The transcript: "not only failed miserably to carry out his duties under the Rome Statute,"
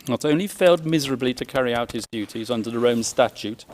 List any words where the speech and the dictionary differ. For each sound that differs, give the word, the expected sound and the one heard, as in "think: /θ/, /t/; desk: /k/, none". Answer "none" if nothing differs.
none